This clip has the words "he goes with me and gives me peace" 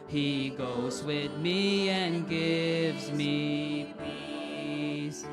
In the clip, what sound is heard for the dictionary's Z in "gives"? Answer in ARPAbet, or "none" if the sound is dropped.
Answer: Z